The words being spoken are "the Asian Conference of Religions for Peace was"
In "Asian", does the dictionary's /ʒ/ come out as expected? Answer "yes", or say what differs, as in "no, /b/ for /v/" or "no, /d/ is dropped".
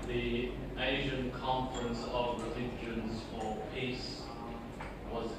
yes